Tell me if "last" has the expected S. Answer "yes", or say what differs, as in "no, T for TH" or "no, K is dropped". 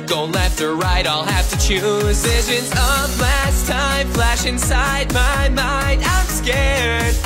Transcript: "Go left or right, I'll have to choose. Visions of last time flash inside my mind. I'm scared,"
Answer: yes